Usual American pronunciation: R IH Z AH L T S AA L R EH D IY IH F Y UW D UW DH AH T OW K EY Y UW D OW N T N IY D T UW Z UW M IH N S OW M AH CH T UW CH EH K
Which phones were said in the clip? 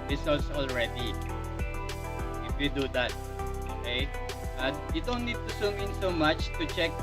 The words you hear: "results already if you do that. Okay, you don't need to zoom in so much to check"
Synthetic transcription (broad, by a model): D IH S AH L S AA L R EH D IY IH F Y UW D UW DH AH T OW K EY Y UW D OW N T N IY D T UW S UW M IH N S OW M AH CH T UW CH EH K